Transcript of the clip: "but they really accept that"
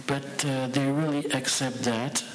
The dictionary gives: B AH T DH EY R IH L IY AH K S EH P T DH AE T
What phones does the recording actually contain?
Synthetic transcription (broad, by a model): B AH T DH EY R IH L IY AH K S EH P T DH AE T